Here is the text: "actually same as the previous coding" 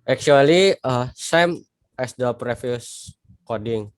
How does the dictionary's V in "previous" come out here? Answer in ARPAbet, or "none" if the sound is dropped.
F